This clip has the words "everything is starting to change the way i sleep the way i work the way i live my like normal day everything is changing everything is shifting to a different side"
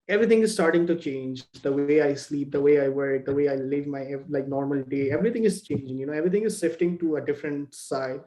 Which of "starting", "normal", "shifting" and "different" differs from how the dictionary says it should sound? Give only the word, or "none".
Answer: shifting